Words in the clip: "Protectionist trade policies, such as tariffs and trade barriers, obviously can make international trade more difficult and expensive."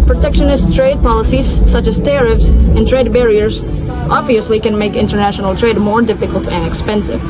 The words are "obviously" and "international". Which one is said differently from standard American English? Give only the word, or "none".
none